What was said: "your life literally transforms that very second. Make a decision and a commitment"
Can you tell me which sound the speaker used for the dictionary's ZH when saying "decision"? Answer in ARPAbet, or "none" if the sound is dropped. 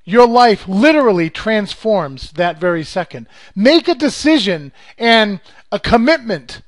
ZH